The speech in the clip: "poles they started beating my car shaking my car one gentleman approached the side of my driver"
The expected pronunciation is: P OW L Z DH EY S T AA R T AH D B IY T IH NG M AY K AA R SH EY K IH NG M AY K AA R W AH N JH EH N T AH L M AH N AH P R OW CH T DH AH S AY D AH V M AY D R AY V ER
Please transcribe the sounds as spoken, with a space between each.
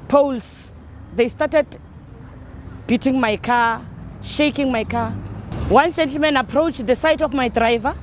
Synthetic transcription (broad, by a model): P OW L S DH EY S T AA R T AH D B IY T IH NG M AY K AA SH EY K IH NG M AY K AA W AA N JH EH N T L M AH N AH P R OW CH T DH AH S AY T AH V M AY D R AY V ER